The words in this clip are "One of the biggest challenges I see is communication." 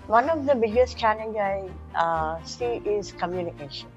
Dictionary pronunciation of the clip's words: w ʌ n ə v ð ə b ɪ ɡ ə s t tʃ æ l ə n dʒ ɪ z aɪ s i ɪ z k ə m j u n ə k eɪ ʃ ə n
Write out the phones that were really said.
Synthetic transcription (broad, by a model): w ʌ n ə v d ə b ɪ ɡ ə s t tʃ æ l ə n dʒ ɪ ɪ s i ɪ z k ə m j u n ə k eɪ ʃ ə n